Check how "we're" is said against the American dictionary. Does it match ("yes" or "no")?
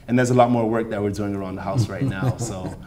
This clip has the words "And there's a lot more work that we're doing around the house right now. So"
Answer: yes